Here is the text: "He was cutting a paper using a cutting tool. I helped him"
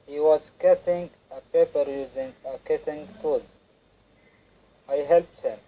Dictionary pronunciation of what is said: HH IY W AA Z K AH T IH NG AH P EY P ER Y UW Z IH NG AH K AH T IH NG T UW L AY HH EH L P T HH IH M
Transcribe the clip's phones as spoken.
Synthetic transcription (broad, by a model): HH IY W AA Z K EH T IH NG AH P EY P ER Y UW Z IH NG AH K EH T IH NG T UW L AY HH EH L P T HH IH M